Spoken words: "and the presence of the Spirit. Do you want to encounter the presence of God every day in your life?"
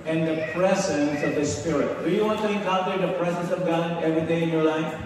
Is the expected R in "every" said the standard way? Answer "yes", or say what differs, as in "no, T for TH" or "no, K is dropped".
yes